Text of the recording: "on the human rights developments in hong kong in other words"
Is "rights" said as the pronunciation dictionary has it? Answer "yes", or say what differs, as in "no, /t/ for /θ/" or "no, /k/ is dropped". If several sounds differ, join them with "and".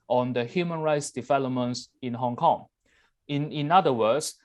yes